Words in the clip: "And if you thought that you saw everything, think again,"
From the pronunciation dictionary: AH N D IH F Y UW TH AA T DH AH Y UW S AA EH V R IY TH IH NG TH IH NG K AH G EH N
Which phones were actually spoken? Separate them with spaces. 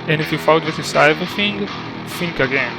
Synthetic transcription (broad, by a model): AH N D IH F Y UW F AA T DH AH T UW S AA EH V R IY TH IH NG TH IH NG K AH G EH N